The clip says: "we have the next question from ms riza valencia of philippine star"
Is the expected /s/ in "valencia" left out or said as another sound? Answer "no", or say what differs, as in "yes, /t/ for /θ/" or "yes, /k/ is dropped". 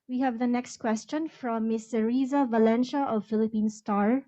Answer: yes, /ʃ/ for /s/